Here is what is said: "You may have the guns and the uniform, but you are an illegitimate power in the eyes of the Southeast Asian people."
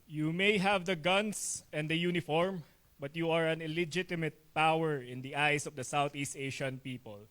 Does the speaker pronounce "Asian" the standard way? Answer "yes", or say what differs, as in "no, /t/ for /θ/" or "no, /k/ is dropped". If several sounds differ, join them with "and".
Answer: no, /ʃ/ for /ʒ/